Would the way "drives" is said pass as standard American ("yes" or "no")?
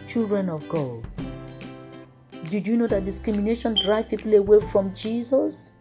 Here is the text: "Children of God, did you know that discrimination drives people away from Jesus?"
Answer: no